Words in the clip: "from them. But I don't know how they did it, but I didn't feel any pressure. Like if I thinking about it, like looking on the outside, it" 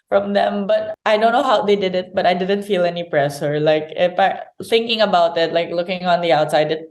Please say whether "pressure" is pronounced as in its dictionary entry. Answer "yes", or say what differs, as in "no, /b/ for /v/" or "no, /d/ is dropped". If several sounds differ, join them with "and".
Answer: no, /s/ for /ʃ/